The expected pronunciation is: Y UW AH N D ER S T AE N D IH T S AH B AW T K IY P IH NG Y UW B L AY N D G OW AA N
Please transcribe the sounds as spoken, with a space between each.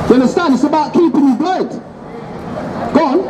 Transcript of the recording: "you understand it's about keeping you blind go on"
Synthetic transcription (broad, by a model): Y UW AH N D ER S T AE N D IH T S AH B AW T K IY P IH NG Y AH B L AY D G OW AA N